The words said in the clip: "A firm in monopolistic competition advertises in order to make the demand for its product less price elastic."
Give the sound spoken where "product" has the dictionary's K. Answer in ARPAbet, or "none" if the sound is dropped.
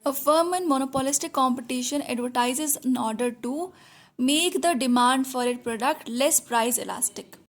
K